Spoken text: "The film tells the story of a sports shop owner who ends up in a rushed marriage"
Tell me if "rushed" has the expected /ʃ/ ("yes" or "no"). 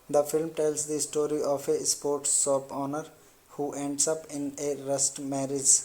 no